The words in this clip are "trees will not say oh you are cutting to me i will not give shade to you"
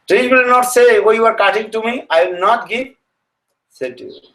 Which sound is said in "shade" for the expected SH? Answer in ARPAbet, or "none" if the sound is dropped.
S